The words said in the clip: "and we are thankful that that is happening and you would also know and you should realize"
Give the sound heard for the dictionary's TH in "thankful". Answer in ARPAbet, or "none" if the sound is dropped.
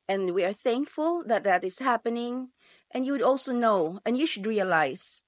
TH